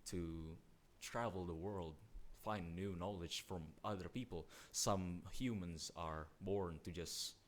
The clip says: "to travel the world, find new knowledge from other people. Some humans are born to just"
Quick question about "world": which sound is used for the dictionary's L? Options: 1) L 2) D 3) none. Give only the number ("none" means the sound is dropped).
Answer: 1